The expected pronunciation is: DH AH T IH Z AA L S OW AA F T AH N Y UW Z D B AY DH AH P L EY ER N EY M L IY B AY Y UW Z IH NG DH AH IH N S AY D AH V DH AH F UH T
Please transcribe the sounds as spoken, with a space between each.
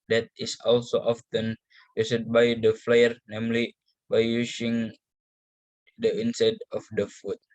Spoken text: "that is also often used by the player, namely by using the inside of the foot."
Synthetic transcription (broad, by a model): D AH T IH S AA L S OW AA F T AH N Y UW S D B AY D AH F L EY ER N EY M L IY B AY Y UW S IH NG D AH IH N S AY D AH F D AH F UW T